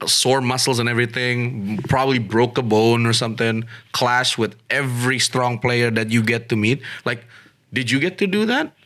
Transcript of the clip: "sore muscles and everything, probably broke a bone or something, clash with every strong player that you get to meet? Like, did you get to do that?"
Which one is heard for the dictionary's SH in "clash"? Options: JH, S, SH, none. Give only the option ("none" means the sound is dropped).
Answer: SH